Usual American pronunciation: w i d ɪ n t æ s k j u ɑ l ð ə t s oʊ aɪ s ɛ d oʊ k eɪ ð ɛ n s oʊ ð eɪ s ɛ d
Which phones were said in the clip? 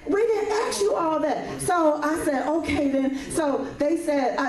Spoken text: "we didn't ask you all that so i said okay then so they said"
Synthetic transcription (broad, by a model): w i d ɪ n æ k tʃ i ɑ l ð ə t s oʊ aɪ s ɛ d oʊ k eɪ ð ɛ n s oʊ ð eɪ s ɛ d